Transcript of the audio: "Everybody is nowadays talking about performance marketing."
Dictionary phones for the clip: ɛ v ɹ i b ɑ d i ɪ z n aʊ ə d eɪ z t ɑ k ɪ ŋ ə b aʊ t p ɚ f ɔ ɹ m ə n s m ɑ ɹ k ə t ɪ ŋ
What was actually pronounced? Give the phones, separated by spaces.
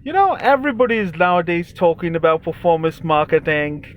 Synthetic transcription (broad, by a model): ɛ v ɹ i b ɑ d i ɪ z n aʊ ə d eɪ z t ɑ k ɪ ŋ ə b aʊ t p ɚ f ɔ ɹ m ə n s m ɑ ɹ k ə t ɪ ŋ